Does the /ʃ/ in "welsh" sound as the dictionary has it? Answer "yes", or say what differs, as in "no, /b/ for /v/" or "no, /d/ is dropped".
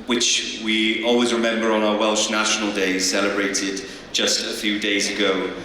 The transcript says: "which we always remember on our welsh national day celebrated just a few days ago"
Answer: yes